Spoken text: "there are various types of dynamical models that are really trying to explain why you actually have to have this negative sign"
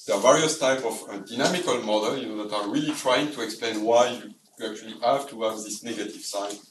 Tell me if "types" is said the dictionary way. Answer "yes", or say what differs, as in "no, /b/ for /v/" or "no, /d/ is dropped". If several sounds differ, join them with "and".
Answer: no, /s/ is dropped